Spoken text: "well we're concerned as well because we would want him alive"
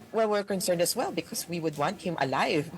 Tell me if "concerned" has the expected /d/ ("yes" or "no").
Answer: yes